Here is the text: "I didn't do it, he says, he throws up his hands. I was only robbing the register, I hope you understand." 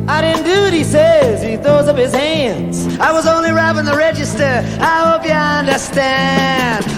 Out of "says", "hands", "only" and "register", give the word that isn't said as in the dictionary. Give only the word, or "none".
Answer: none